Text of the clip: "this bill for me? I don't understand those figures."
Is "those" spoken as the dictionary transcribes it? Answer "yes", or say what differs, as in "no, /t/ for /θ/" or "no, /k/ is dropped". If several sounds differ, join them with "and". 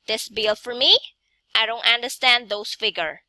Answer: no, /s/ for /z/